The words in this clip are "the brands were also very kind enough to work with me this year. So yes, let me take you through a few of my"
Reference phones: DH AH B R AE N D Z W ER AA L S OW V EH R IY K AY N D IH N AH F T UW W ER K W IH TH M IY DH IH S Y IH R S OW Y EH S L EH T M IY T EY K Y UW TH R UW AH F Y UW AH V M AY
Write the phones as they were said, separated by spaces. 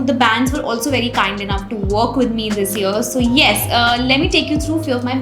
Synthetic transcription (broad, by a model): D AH B AE N D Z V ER AA L S OW V EH R IY K AY N D IH N AH F T UW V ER K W IH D M IY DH IH S Y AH R S OW Y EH S L EH T M IY T EY K Y UW T R UW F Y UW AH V M AY